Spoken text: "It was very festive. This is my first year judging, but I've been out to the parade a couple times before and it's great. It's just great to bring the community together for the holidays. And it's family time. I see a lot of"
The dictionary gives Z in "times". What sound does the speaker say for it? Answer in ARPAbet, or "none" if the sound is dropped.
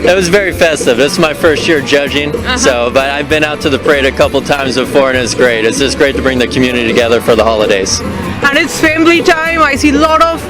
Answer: Z